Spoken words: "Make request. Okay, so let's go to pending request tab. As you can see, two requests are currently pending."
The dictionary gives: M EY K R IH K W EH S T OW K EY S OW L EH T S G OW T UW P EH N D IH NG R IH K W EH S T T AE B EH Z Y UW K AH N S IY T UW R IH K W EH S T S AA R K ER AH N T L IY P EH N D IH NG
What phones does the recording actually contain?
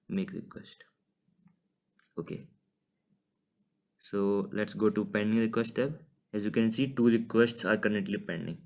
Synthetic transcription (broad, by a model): M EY K R IH K W EH S T OW K EY S OW L EH T S G OW T UW P EH N D IH NG R IH K W EH S T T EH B EH Z Y UW K AH N S IY T UW R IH K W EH S T S AA R K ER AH T L IY P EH N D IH NG